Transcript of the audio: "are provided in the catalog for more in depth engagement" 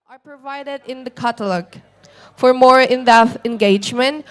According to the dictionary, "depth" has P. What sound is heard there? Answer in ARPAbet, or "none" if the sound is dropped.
none